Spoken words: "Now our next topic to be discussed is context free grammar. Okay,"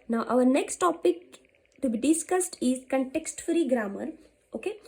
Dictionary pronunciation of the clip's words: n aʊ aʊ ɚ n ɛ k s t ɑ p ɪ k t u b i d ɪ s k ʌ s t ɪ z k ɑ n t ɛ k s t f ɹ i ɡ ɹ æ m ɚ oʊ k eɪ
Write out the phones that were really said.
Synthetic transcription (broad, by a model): n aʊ aʊ ɚ n ɛ k s t ɑ p ɪ k t u b i d ɪ s k ʌ s t ɪ z k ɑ n t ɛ k s t f ɹ i ɡ ɹ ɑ m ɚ oʊ k eɪ